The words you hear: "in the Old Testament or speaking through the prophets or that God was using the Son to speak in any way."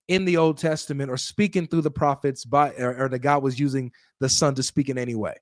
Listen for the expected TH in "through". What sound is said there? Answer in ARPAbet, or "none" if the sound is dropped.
TH